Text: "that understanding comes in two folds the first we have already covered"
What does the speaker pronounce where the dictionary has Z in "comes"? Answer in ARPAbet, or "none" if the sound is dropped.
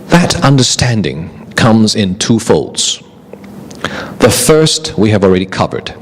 Z